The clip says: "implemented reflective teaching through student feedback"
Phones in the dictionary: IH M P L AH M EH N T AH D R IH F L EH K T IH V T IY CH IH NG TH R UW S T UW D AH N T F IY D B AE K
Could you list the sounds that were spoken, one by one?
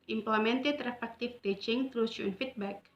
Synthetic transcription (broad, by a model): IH M P L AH M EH N T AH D R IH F EH K T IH F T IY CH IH NG T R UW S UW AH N F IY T B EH K